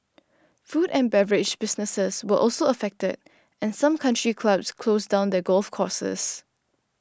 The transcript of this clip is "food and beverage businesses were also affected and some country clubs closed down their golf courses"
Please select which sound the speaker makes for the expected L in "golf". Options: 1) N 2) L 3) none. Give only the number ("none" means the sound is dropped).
2